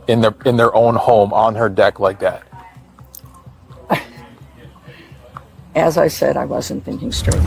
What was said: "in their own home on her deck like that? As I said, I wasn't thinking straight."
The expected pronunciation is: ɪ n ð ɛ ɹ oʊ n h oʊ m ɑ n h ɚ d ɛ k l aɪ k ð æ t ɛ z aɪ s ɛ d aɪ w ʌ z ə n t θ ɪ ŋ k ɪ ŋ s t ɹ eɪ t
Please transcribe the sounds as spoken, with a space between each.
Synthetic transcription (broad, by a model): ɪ n ð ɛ ɹ oʊ n h oʊ m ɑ n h ɚ d ɛ k l aɪ k ð æ t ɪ z aɪ s ɛ d aɪ w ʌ z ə n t θ ɪ ŋ k ɪ ŋ s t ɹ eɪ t